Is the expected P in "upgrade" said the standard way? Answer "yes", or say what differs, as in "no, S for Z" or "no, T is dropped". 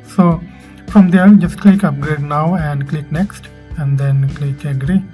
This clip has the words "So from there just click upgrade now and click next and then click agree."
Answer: yes